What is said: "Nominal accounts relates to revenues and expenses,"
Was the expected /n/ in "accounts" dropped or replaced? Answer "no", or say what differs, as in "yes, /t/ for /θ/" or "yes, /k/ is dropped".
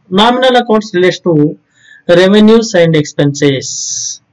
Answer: yes, /n/ is dropped